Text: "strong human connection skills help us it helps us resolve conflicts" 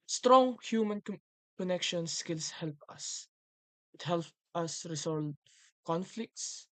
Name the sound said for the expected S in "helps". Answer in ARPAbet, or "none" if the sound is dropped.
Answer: none